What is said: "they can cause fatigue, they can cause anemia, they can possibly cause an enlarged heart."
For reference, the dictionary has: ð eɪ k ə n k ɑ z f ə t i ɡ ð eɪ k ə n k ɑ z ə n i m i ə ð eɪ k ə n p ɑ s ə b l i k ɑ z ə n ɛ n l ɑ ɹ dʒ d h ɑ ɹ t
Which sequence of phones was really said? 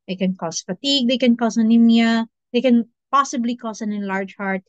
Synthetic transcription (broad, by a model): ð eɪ k ə n k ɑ s f ə t i ɡ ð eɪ k ə n k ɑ s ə n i m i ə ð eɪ k ə n p ɑ s ə b l i k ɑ s ə n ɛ n l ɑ ɹ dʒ h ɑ ɹ t